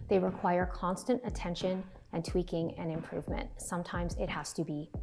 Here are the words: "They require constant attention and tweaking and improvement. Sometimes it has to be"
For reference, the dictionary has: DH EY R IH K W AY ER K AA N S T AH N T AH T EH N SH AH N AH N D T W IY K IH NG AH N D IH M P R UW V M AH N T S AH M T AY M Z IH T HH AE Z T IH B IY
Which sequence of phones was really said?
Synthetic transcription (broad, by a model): DH EY R IH K W AY ER K AA N S T AH N T AH T EH N SH AH N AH N T W IY K IH NG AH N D IH M P R UW V M AH N T S AH M T AY M Z IH T HH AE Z T IH B IY